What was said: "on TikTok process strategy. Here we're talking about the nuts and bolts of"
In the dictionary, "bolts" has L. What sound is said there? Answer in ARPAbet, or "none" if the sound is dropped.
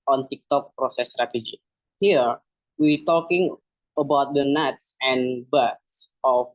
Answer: none